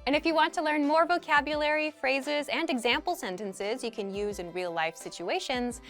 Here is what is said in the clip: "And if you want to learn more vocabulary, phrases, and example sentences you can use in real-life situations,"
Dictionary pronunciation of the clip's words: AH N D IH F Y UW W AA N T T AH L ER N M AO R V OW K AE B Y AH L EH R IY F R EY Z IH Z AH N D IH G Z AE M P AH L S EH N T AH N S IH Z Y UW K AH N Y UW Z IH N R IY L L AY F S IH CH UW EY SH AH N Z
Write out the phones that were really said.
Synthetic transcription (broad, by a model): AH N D IH F Y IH W AA N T T AH L ER N M AO R V OW K AE B Y AH L EH R IY F R EY Z IH Z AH N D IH G Z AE M P L S EH N T AH N S IH Z Y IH K AH N Y UW Z IH N R IY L L AY F S IH CH UW EY SH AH N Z